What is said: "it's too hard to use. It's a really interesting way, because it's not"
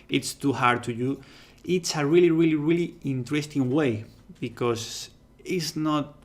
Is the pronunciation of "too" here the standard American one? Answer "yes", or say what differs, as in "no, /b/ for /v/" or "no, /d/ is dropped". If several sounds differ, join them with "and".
yes